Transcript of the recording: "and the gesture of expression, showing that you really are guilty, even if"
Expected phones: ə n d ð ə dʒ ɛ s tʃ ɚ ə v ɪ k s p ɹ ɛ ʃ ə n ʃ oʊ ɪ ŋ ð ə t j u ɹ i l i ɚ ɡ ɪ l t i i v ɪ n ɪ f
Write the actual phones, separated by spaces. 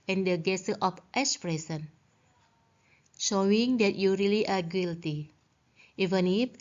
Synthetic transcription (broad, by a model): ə n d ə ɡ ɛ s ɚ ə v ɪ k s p ɹ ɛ s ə n ʃ oʊ ɪ ŋ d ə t j u ɹ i l i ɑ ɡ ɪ l t i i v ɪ n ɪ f